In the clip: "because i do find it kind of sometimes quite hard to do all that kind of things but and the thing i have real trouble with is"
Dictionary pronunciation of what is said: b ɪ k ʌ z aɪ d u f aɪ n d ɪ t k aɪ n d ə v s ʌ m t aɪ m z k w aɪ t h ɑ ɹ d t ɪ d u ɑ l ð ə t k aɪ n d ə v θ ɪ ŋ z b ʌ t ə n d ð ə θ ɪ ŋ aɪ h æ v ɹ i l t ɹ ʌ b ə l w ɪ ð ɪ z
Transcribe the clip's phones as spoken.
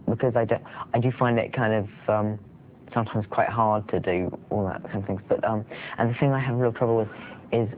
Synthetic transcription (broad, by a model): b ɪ k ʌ z aɪ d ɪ f aɪ n d ɪ t k aɪ n d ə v s ʌ m t aɪ m z k w aɪ t h ɑ ɹ d t ɪ d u ɑ l ð ə t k aɪ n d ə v θ ɪ ŋ z b ʌ t ə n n ð ə θ ɪ ŋ aɪ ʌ v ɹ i l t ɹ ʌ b l w ɪ ð ɪ z